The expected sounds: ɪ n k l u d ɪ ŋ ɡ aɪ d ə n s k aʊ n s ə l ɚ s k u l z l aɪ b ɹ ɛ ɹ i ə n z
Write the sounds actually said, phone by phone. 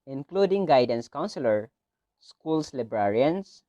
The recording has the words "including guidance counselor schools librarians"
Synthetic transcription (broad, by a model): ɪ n k l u d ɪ ŋ ɡ aɪ d ə n s k aʊ n s ə l ɚ s k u l s l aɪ b ɹ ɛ ɹ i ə n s